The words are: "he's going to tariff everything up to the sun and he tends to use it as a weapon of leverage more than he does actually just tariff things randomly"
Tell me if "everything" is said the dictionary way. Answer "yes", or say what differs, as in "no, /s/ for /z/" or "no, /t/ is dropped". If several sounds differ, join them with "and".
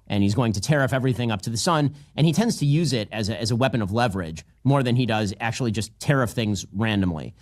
yes